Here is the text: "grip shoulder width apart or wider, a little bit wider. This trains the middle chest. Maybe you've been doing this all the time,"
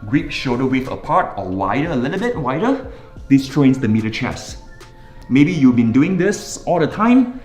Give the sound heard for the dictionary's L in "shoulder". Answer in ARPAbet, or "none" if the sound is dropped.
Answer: none